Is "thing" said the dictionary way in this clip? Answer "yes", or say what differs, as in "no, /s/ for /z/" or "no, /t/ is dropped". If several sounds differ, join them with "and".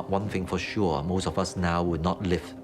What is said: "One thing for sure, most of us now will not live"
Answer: yes